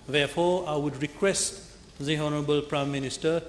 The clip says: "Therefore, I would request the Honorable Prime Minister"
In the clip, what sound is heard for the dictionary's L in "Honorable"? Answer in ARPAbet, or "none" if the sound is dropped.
L